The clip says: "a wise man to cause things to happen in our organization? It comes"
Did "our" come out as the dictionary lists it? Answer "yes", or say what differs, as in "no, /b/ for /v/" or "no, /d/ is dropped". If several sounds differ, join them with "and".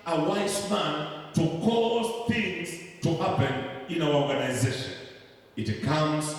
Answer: no, /w/ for /ɹ/